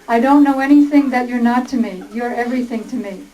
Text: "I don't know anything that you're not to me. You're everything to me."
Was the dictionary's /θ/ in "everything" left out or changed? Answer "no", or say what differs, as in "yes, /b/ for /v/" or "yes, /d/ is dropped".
no